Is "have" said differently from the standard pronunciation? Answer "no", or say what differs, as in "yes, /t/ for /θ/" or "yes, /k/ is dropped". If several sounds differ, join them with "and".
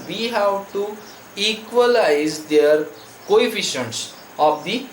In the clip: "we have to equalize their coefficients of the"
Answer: yes, /w/ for /v/